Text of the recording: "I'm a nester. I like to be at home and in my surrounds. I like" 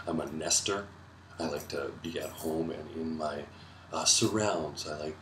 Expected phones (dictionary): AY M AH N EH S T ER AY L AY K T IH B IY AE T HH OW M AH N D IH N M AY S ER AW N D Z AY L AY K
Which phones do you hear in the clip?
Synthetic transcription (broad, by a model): AY M AH N EH S T ER AY L AY K T IH B IY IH T HH OW M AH N IH N M AY S ER AW N D Z AY L AY K